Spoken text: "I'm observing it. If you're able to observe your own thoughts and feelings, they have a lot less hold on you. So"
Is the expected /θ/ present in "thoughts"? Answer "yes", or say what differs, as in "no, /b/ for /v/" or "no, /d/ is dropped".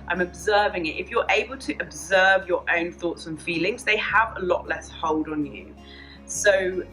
yes